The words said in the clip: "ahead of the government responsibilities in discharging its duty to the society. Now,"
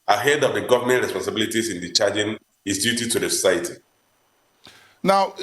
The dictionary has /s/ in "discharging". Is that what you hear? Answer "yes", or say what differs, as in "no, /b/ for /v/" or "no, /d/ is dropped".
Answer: no, /s/ is dropped